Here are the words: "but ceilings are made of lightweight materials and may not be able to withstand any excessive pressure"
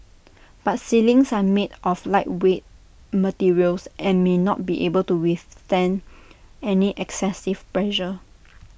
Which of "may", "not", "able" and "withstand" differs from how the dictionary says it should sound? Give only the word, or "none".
withstand